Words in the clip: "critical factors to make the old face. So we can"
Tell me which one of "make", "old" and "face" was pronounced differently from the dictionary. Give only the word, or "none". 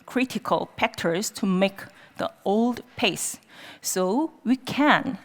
face